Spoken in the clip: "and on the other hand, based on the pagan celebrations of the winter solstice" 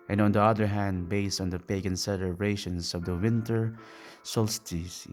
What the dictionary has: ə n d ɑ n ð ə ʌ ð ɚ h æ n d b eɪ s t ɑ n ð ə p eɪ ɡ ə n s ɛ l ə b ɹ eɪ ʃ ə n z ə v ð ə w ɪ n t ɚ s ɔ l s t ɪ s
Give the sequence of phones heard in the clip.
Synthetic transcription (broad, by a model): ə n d ɑ n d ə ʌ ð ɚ h æ n d b eɪ s t ɑ n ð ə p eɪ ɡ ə n s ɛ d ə ɹ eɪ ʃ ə n s ə v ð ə w ɪ n t ɚ s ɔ l s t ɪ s